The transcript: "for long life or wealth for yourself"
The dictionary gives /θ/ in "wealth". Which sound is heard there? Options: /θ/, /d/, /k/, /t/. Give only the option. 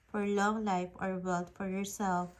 /t/